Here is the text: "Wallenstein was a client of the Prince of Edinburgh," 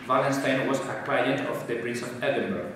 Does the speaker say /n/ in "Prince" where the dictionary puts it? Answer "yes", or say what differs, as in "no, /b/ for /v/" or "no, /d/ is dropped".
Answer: no, /n/ is dropped